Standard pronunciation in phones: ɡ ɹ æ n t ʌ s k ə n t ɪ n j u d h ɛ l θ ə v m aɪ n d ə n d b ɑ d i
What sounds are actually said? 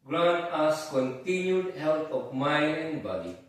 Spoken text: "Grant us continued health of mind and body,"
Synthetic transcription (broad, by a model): ɡ ɹ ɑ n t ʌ s k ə n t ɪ n j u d h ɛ l t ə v m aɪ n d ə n b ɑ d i